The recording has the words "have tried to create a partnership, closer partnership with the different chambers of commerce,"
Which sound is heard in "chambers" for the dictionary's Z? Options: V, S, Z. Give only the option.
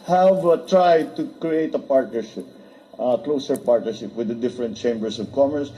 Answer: S